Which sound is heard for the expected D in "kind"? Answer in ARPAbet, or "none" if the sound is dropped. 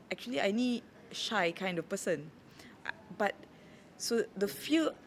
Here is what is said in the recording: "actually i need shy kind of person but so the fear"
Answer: D